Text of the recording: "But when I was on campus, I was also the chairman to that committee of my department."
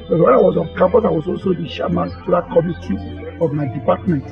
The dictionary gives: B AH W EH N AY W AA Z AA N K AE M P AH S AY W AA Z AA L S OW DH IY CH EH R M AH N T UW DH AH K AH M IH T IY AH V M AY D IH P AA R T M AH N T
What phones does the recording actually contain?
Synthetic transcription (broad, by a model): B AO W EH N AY W AA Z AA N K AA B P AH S AY W AA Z AA L S OW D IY SH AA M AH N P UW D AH K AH M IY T IY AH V M AY D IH P AA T M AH N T